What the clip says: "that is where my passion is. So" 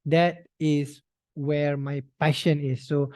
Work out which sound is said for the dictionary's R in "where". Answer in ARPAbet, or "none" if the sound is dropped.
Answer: R